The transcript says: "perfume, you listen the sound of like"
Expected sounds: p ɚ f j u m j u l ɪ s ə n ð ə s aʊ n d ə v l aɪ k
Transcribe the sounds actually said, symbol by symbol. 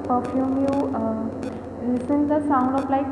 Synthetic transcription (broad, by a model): p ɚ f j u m j u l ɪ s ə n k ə s aʊ n d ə p l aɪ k